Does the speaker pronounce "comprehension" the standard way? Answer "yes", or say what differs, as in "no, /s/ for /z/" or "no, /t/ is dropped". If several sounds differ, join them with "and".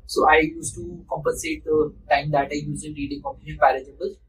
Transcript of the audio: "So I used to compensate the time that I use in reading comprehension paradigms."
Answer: no, /ɹ/ is dropped